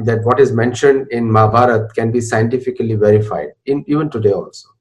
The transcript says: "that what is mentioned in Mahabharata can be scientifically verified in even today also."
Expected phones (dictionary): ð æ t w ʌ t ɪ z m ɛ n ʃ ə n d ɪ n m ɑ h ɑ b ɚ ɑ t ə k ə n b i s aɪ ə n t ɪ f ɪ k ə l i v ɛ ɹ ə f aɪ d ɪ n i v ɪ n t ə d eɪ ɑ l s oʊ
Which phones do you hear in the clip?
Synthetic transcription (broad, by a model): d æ t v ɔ t ɪ z m ɛ n ʃ ə n d ɪ n m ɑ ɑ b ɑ t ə k ə n b i s aɪ ə n t ɪ f ɪ k ə l i v ɛ ɹ ə f aɪ d ɪ n i v ɪ n t ə d eɪ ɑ l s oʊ